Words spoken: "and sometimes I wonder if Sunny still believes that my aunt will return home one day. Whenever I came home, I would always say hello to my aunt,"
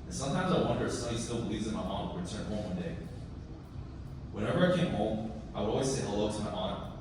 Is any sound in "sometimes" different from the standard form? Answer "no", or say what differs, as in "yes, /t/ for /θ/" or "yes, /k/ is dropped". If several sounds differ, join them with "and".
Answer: no